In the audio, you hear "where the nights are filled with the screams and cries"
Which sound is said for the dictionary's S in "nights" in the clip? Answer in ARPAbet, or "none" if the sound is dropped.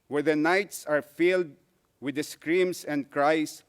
S